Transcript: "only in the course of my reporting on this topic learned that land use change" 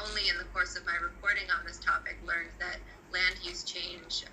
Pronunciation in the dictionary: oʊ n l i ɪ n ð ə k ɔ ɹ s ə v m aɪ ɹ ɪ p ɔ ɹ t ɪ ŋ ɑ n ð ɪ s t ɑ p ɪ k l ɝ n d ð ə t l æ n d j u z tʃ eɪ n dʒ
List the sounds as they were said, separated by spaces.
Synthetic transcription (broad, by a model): oʊ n l i ɪ n ð ə k ɔ ɹ s ə v m aɪ ɹ ɪ p ɔ ɹ t ɪ ŋ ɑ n ð ɪ s t ɑ p ɪ k l ɝ n ð ə t l æ n d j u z tʃ eɪ n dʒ